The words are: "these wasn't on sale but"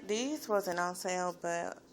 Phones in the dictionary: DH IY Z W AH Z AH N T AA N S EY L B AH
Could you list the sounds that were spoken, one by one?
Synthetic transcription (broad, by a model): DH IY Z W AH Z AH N AA N S EY L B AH